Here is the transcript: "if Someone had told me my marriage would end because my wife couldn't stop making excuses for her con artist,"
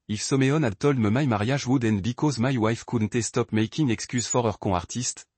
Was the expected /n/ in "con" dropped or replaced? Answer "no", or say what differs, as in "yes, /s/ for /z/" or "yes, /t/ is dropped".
yes, /n/ is dropped